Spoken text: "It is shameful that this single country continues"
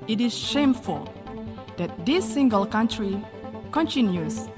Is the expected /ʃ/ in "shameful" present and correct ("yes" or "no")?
yes